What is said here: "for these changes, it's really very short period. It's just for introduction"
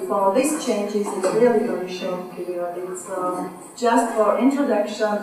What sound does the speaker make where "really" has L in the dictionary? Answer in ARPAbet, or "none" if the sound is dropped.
none